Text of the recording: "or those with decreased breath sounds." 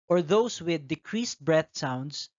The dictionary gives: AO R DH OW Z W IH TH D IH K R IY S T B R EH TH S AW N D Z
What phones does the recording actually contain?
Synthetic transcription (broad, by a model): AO R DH OW S W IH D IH K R IY S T B R EH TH S AW N D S